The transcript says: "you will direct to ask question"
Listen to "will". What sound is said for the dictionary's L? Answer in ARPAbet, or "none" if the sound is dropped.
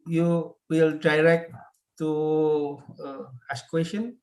L